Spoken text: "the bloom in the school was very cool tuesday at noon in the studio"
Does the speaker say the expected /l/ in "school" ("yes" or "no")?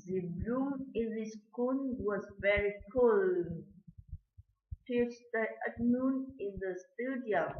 no